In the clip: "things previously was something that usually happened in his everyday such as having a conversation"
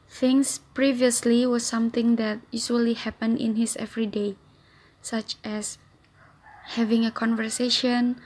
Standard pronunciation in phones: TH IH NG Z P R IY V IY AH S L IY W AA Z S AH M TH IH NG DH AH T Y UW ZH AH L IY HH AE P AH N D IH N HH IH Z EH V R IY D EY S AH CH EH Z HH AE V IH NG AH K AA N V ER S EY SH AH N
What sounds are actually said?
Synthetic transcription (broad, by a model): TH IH NG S P R IY V IY AH S L IY W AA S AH M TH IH NG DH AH T Y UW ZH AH L IY HH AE P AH N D IH N HH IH S EH V R IY D EY S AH CH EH S HH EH V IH NG AH K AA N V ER S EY SH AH N